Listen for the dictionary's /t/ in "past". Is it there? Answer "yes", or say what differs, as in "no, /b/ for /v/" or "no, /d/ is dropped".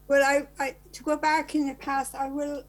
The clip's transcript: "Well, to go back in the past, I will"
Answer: yes